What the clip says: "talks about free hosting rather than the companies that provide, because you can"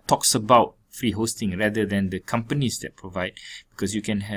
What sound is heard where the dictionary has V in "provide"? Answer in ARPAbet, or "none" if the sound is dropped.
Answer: V